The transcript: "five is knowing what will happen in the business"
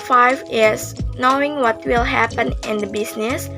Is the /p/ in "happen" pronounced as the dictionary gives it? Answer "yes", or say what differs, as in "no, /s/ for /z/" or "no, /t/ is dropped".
yes